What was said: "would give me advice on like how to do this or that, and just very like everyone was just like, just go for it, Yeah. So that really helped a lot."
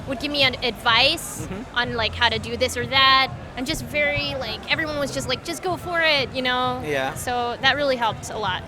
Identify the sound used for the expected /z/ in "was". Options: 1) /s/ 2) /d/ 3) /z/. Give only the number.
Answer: 3